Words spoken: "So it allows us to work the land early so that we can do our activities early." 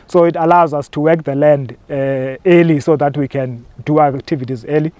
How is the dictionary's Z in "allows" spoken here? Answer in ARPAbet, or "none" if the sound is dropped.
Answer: Z